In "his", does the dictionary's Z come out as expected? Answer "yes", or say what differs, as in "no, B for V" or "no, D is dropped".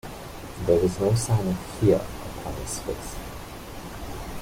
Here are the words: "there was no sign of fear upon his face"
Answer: no, S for Z